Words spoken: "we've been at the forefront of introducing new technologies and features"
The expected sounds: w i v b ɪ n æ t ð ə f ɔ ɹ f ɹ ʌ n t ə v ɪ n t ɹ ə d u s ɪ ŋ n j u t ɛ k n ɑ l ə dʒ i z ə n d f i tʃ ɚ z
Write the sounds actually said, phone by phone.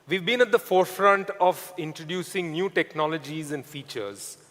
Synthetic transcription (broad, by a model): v i v b ɪ n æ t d ə f ɔ ɹ f ɹ ʌ n t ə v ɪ n t ɹ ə d u s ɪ ŋ n j u t ɛ k n ɑ l ə dʒ i z ə n d f i tʃ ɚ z